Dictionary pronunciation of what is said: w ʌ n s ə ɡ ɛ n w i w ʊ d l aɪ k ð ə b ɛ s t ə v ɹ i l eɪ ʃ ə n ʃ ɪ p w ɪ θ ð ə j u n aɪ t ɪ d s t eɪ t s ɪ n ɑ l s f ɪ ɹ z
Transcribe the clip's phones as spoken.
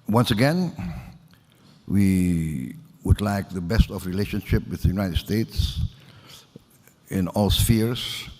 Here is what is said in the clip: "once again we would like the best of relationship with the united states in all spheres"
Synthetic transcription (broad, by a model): w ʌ n s ə ɡ ɛ n w i w ʊ d l aɪ k ð ə b ɛ s t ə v ɹ i l eɪ ʃ ə n ʃ ɪ p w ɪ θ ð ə j u n aɪ t ɪ d s t eɪ t s ɪ n ɑ l s f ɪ ɹ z